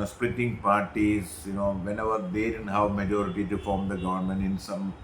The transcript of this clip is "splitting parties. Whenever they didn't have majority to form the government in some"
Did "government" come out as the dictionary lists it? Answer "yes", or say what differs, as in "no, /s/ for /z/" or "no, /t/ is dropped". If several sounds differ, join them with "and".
yes